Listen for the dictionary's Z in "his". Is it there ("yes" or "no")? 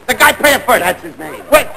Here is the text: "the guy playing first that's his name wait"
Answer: yes